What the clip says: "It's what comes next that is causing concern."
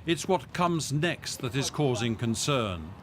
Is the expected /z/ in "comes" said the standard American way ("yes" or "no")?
yes